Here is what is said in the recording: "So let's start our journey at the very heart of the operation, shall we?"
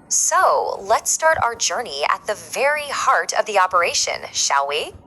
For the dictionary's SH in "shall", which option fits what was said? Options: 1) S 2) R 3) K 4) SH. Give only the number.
4